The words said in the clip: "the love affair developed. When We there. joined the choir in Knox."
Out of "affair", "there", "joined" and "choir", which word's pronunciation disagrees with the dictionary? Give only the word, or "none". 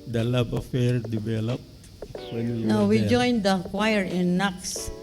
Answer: there